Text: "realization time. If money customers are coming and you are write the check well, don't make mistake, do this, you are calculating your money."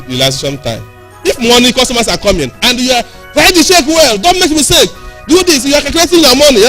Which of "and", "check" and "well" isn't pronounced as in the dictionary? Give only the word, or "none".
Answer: check